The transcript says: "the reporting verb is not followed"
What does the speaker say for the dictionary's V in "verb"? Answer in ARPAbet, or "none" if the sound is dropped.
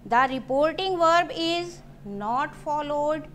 V